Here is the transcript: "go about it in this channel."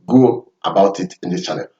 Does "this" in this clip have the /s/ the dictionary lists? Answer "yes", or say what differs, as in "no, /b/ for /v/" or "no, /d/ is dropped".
no, /s/ is dropped